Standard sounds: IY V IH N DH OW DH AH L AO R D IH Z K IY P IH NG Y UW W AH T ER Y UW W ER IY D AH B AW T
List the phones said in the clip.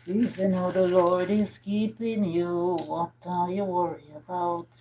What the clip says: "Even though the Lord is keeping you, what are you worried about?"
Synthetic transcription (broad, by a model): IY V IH N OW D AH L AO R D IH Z K IY P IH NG Y UW W AH T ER Y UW W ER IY AH B AW T